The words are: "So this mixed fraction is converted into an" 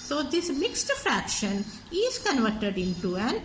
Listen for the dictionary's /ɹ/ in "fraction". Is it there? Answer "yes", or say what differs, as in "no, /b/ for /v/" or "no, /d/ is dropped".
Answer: yes